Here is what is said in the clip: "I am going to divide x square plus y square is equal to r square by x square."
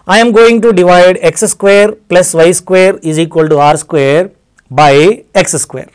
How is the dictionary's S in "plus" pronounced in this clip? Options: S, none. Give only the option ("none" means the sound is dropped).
S